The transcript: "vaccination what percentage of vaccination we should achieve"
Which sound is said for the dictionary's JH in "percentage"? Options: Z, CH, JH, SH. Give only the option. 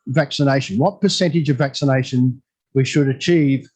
JH